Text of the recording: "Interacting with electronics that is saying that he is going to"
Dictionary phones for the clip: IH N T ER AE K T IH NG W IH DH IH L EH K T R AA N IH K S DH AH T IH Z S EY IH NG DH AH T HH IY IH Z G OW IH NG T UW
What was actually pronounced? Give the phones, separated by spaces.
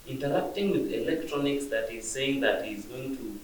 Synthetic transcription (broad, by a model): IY N T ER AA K T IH NG W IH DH IH L EH K T R AA N IH K S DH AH T IH Z S EY IH NG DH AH T HH IY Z G OW IH NG T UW